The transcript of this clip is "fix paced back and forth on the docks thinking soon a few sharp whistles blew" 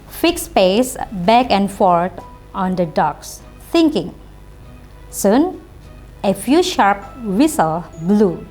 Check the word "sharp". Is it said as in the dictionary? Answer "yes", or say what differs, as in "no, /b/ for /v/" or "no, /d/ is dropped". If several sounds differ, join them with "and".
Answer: yes